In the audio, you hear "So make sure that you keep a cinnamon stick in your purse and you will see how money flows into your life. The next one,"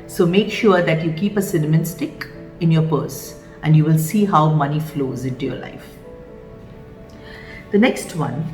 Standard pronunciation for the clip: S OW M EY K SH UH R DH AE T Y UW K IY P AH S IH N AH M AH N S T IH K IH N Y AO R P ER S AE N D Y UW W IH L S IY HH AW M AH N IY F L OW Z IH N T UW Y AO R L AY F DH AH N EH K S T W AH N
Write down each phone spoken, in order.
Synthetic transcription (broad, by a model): S OW M EY K SH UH R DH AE T Y UW K IY P AH S IH N AH M AH N S T IH K IH N Y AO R P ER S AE N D Y UW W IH L S IY HH AW M AH N IY F L OW Z IH N T UW Y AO L AY F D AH N EH K S T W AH N